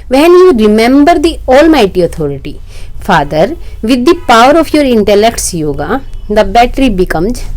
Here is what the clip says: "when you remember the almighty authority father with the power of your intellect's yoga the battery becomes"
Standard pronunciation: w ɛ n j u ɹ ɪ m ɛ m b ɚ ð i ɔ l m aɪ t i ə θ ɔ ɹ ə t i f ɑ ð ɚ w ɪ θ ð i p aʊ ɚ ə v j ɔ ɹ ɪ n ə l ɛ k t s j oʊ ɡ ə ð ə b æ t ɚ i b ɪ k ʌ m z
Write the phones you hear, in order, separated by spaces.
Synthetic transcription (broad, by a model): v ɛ n j u ɹ ɪ m ɛ m b ɚ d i ɔ l m aɪ t i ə t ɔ ɹ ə t i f ɑ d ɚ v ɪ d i p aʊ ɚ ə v j ɔ ɹ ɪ n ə l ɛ k t s j oʊ ɡ ə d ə b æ t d i b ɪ k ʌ m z